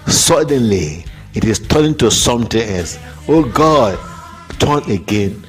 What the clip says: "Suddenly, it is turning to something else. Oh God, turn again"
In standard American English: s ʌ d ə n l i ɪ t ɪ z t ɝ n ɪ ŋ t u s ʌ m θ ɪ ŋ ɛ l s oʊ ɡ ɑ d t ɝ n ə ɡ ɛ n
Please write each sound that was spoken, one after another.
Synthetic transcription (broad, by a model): s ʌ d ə n l i ɪ t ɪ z t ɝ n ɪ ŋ t u s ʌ m t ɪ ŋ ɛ s oʊ ɡ ɑ d t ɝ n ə ɡ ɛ n